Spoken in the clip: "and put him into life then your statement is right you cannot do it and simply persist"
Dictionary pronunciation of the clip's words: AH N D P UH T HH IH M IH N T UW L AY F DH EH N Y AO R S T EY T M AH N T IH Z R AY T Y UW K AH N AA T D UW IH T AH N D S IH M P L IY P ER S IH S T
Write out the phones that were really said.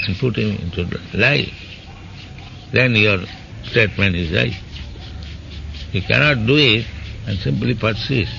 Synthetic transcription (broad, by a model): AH N P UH T HH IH M IH N T UW L AY F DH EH N Y AO R S T EY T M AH N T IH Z L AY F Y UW K AH N AA T D UW IH T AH N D S IH M P L IY P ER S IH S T